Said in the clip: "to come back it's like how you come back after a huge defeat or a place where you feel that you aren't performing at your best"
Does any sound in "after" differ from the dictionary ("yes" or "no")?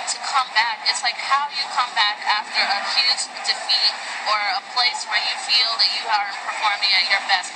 no